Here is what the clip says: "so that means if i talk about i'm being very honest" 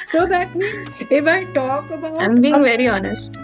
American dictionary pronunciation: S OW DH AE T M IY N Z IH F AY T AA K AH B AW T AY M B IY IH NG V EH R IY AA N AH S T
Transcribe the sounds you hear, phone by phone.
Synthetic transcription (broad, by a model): S OW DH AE T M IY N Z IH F AY T AA K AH B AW AY M B IY IH NG V EH R IY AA N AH S T